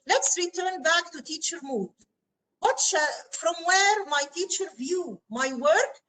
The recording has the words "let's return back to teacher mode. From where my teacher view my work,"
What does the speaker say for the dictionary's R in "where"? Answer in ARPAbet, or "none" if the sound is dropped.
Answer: R